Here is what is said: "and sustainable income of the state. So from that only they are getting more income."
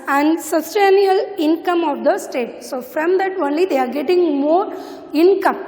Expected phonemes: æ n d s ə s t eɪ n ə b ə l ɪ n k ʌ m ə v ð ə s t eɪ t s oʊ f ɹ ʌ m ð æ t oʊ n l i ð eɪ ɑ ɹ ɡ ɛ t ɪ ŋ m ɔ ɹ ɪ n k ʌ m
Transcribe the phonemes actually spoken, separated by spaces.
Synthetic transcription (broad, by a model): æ n d s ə s t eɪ n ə ə l ɪ n k ʌ m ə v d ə s t eɪ t s oʊ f ɹ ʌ m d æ t oʊ n l i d eɪ ɑ ɹ ɡ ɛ t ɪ ŋ m ɔ ɹ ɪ n k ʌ m